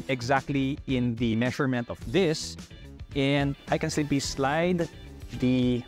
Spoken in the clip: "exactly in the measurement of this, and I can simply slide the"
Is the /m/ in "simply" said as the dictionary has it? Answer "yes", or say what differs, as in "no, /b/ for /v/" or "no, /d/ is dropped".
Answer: no, /m/ is dropped